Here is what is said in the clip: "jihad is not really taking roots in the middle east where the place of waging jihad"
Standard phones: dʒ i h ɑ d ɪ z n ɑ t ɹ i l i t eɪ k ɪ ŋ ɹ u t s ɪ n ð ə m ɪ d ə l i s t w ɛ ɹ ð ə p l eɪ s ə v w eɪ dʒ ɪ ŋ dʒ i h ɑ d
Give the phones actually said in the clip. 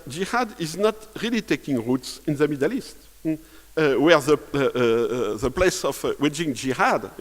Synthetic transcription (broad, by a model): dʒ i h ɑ d ɪ z n ɑ t ɹ i l i t eɪ k ɪ ŋ ɹ u t s ɪ n ð ə m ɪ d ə l i s t w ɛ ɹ ð ə p l eɪ s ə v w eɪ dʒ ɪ ŋ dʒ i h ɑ d